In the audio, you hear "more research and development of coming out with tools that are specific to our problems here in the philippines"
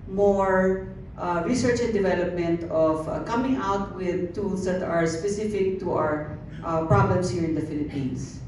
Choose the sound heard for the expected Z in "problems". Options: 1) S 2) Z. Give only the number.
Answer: 1